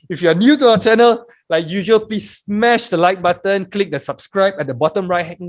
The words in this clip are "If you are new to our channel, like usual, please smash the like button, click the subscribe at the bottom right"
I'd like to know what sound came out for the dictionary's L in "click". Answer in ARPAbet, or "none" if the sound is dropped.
L